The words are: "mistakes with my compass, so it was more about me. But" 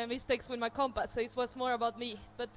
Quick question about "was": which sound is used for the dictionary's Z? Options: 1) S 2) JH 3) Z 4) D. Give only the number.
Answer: 1